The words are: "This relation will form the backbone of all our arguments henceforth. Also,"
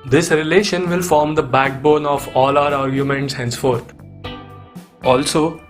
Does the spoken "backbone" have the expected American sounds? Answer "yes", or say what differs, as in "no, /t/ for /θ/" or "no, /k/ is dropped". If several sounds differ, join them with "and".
yes